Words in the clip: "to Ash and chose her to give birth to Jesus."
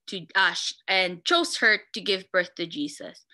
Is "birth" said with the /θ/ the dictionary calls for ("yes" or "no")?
yes